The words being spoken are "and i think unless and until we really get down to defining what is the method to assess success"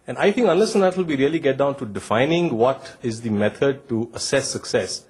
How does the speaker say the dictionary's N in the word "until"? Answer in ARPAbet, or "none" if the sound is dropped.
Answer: none